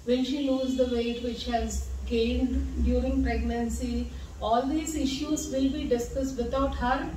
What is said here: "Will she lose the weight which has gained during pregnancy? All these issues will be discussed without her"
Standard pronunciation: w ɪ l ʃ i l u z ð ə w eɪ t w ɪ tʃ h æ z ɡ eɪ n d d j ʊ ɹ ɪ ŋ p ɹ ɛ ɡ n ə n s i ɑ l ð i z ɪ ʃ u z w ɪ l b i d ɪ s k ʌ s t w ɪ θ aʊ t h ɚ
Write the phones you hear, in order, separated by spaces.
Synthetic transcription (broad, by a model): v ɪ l ʃ i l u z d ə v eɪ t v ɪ tʃ h æ z ɡ eɪ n d d j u ɹ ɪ ŋ p ɹ ɛ ɡ n ə n s i ɑ l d i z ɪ ʃ u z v ɪ l b i d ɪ s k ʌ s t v ɪ t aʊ t h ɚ